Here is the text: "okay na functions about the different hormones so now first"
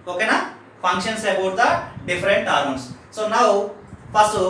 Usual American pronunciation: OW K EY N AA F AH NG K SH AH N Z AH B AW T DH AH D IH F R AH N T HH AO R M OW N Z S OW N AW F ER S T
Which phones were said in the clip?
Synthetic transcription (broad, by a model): OW K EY N AA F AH NG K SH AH N S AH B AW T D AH D IH F R AH N T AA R OW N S S OW N AW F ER S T